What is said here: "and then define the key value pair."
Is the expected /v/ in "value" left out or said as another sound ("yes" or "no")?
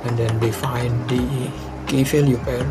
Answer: yes